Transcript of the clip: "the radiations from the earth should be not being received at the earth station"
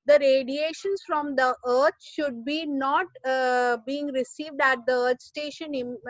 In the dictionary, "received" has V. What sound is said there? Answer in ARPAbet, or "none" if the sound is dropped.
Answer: V